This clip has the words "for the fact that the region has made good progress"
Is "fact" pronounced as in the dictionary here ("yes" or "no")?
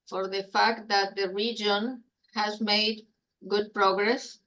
yes